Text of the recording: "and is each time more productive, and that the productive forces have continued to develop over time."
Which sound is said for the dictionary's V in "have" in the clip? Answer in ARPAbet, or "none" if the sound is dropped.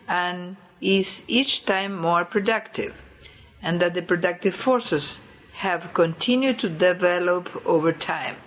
V